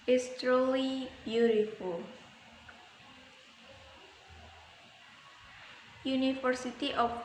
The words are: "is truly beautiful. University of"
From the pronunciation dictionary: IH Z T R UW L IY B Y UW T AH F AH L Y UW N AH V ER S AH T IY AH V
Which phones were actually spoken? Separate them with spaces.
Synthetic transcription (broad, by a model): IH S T R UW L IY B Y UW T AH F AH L Y UW N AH F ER S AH T IY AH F